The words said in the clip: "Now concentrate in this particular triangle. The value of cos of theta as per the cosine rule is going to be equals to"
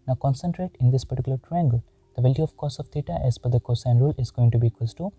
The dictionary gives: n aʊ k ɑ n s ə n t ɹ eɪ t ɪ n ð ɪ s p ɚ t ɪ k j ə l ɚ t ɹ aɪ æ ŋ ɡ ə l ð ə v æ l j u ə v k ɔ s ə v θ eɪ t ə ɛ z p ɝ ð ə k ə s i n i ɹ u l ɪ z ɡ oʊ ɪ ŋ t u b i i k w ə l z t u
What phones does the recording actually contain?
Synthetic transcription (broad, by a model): n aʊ k ɑ n s ə n t ɹ eɪ t ɪ n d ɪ s p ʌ t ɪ k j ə l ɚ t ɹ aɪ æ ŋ ɡ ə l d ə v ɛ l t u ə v k ɔ s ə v t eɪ t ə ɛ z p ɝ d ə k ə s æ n ɹ u l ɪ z ɡ oʊ ɪ ŋ t u b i i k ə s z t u